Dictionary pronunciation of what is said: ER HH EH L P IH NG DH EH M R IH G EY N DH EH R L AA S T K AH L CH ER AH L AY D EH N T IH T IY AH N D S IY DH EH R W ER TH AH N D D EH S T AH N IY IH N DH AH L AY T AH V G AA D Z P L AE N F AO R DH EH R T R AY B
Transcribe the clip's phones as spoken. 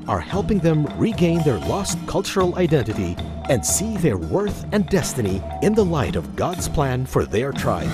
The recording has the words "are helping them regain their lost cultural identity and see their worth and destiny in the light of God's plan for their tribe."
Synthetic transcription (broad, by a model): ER HH EH L P IH NG DH EH M R IH G EY N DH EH R L AA S T K AH L CH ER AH L AY D EH N T IH T IY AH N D S IY DH EH R W ER TH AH N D D EH S T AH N IY IH N DH AH L AY T AH V G AA D Z P L AE N F AO R DH EH R T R AY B